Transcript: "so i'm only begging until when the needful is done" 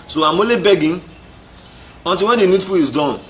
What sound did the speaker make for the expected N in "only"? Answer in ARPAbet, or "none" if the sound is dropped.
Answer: none